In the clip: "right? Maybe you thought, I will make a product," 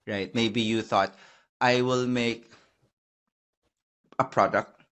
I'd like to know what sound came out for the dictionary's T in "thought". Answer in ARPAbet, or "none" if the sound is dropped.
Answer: T